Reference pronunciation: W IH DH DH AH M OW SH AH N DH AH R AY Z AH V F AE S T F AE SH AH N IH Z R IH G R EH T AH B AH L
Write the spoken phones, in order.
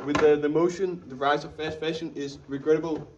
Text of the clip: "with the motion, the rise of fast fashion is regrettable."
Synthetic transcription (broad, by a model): W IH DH DH AH M OW SH AH N DH AH R AY Z AH V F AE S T F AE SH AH N IH Z R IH G R EH T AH B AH L